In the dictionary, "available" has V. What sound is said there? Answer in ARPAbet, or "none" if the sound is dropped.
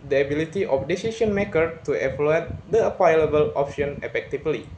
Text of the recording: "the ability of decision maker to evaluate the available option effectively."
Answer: P